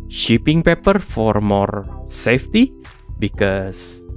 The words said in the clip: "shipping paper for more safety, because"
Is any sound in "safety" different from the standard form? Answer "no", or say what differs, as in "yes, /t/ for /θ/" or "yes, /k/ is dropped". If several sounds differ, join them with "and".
no